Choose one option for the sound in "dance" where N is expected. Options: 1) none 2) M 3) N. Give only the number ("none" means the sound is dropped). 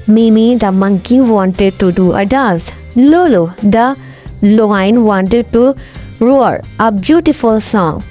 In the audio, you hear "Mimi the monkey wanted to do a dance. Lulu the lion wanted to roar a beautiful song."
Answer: 1